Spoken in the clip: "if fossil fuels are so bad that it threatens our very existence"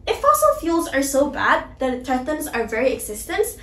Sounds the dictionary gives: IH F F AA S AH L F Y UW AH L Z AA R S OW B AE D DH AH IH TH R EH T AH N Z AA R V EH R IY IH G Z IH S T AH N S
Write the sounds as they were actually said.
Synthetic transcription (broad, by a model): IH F F AA S AH L F Y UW L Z AA R S OW B AE D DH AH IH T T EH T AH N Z AA R V EH R IY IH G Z IH S T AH N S